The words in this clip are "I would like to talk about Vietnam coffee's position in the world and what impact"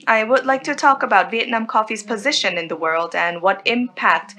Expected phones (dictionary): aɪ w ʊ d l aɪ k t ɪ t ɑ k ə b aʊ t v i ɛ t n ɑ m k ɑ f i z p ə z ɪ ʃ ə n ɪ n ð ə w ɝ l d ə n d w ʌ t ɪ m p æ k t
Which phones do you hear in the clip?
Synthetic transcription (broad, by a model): aɪ w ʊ d l aɪ k t ɪ t ɑ k ə b aʊ t v i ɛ t n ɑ m k ɑ f i z p ə z ɪ ʃ ə n ɪ n ð ə w ɝ l d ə n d w ʌ t ɪ m p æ k t